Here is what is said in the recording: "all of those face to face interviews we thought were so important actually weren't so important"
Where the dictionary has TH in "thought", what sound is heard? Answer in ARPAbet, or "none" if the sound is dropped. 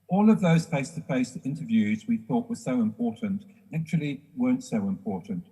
TH